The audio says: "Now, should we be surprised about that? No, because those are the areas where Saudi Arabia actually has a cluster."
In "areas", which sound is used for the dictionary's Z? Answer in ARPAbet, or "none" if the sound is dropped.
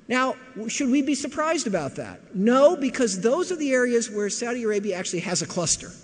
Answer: Z